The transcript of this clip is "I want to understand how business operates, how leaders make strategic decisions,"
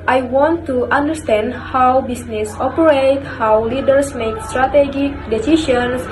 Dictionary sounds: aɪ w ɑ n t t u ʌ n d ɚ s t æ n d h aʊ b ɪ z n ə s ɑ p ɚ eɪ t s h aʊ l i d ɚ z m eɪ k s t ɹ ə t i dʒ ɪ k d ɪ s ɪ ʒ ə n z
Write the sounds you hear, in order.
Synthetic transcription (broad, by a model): aɪ w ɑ n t t u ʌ n d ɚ s t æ n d h aʊ b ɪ s n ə s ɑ p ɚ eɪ t h aʊ l i d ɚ s m eɪ k s t ɹ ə t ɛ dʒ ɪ k d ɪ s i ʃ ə n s